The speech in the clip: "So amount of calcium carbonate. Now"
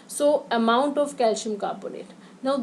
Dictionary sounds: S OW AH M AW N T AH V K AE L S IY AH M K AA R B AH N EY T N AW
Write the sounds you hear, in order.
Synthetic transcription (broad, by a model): S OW AH M AW N T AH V K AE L SH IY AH M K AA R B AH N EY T N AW